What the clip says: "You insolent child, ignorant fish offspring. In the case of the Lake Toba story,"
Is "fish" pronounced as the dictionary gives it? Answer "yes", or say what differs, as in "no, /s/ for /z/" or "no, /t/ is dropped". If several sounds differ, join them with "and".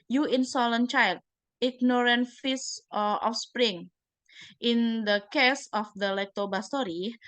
no, /s/ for /ʃ/